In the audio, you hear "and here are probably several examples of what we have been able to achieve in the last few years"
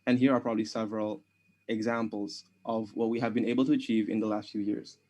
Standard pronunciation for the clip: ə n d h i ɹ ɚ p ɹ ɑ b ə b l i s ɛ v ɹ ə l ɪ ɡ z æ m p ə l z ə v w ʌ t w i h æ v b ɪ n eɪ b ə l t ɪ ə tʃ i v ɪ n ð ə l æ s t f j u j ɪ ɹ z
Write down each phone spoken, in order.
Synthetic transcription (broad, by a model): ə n h i ɹ ɚ p ɹ ɑ b ə b l i s ɛ v ɹ ə l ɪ ɡ z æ m p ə l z ə v w ʌ t w i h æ v b ɪ n eɪ b ə l t ɪ ə tʃ i v ɪ n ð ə l æ s t f j u j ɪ ɹ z